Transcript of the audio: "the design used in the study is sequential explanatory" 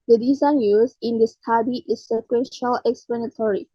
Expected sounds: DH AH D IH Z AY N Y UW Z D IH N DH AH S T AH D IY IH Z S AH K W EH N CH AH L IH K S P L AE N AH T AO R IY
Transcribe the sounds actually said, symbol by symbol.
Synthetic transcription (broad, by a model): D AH D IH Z AY N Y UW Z IH N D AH S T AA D IY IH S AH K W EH N SH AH L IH K S P L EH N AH T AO R IY